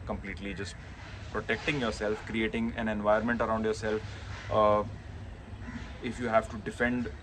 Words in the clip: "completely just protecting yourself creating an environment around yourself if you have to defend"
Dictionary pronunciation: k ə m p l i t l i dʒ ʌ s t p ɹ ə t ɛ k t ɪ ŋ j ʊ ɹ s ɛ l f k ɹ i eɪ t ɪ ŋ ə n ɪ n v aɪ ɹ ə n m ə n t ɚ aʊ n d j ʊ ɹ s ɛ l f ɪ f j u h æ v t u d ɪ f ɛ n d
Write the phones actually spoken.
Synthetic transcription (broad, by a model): k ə m p l i t l i dʒ ʌ s t p ɹ ə t ɛ k t ɪ ŋ j ʊ ɹ s ɛ l f k ɹ i eɪ t ɪ ŋ ə n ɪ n v aɪ ə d m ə n t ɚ aʊ n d j ʊ ɹ s ɛ l f ɪ f j u h æ v t u d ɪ f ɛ n d